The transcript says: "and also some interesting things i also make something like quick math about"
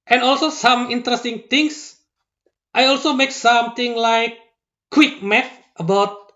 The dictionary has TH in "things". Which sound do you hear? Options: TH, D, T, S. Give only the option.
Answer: T